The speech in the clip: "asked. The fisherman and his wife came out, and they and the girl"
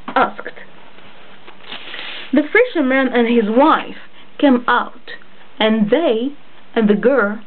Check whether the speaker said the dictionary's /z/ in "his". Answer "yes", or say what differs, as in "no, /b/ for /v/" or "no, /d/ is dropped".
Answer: yes